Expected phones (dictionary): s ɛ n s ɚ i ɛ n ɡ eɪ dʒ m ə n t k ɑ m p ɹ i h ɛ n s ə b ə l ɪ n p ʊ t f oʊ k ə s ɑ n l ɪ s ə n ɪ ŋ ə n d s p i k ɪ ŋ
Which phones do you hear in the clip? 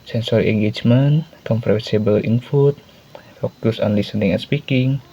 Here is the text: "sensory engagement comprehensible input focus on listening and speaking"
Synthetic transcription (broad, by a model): s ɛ n s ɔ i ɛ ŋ ɡ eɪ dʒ m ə n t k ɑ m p ɹ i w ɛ s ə b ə l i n f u t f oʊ k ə s ɑ n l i s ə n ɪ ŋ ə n s p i k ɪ ŋ